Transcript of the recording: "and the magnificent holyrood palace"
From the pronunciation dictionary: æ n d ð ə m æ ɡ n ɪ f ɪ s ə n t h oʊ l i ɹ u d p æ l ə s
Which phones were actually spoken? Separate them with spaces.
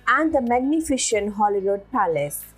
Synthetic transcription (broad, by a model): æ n d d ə m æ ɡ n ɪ f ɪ ʃ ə n h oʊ l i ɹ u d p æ l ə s